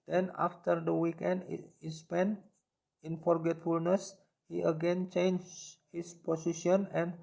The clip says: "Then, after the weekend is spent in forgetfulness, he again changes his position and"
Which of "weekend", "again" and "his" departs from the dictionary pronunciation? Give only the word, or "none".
his